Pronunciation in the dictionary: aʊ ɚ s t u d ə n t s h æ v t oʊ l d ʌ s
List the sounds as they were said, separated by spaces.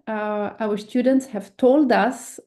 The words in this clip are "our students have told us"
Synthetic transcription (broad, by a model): aʊ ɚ s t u d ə n t s h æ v t oʊ l d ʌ s